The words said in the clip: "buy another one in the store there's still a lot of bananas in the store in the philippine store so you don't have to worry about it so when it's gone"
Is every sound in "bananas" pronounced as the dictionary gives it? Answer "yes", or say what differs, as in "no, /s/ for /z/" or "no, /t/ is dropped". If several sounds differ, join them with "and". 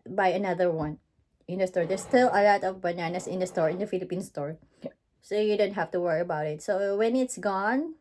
no, /s/ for /z/